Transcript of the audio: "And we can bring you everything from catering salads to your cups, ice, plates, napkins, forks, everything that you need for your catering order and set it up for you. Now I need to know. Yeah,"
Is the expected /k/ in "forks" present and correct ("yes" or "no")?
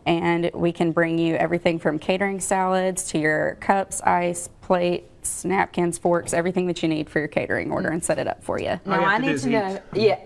yes